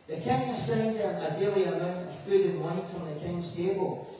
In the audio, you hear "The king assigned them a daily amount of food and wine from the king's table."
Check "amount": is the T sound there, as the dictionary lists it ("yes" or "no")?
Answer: no